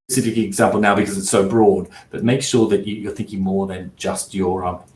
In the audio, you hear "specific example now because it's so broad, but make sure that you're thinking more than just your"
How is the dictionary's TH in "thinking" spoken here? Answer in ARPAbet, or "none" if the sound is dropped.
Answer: TH